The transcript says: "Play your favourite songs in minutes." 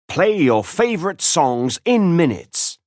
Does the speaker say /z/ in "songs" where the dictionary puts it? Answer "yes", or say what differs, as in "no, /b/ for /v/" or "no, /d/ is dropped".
yes